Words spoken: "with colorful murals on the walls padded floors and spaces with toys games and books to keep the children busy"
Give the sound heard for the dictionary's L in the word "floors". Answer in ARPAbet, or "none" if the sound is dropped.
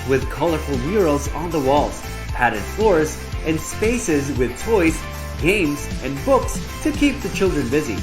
L